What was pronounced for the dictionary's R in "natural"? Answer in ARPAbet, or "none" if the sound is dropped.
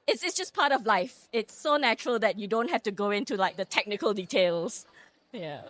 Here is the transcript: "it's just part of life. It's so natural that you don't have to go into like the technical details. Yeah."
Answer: R